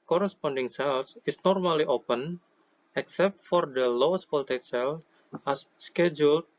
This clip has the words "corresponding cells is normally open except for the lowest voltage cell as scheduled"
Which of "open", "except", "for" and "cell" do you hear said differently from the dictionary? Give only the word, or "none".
none